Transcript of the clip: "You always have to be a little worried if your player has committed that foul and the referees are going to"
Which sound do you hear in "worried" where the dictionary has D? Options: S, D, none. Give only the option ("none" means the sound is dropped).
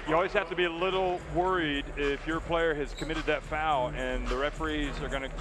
D